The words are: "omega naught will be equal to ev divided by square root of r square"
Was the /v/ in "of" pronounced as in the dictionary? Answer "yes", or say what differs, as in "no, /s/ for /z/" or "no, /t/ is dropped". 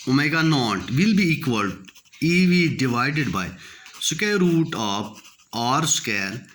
no, /p/ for /v/